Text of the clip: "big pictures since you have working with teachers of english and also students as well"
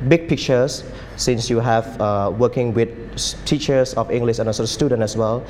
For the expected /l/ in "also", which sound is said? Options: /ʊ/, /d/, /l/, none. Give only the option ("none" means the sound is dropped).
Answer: none